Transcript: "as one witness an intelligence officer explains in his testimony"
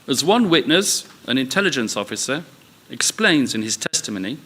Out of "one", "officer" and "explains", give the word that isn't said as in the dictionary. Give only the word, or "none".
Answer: none